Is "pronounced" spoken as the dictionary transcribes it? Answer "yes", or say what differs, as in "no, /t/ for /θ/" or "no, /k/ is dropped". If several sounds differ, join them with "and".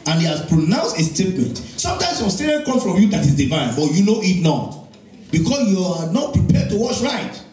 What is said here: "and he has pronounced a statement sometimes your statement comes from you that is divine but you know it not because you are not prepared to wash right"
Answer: yes